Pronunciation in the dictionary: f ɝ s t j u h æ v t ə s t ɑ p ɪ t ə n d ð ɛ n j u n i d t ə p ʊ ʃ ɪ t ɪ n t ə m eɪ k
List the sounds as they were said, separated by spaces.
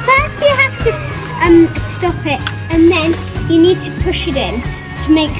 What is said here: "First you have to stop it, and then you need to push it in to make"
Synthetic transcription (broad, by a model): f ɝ s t j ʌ h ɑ f t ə s t ɑ p ɪ t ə n ð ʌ n j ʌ n i d t ə p ʊ ʃ ɪ t ɪ n t ə m eɪ k